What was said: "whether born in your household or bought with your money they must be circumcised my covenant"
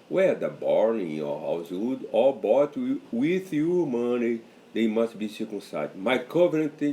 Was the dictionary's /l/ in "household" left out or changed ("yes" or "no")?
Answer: yes